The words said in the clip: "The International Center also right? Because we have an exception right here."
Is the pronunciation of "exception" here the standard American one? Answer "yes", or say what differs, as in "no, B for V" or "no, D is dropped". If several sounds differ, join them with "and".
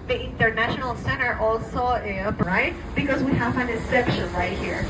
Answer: no, K is dropped